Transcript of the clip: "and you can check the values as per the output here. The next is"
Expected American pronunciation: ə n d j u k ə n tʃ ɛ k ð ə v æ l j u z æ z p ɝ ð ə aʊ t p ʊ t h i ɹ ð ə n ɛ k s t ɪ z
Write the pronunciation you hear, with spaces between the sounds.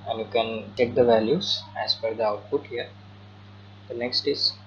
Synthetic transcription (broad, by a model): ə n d j u k ə n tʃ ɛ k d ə v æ l j u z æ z f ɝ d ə aʊ t p ʊ t h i ɹ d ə n ɛ k s t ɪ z